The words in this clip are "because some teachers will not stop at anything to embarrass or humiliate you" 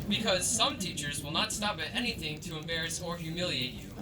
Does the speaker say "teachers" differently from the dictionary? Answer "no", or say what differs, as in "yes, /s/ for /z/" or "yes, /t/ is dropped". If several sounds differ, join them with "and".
no